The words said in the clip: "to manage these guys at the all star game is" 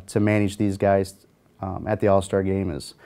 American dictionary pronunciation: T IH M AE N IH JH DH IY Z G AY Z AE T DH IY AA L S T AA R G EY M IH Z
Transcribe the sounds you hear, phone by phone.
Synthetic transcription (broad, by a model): T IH M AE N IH JH DH IY Z G AY Z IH T DH IY AA L S T AA R G EY M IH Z